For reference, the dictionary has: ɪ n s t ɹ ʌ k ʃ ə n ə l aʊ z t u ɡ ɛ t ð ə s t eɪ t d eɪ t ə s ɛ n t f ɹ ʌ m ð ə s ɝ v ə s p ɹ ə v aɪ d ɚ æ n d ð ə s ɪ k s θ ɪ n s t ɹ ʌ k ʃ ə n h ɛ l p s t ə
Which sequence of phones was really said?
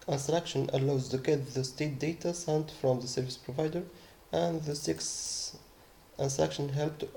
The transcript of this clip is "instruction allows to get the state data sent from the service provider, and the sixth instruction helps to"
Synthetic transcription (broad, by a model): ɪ n s t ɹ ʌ k ʃ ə n ə l aʊ z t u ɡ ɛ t ð ə s t eɪ t d eɪ t ə s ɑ n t f ɹ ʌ m ð ə s ɝ v ə s p ɹ ə v aɪ d ɚ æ n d ð ə s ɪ k s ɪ n s t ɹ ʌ k ʃ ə n h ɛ l p t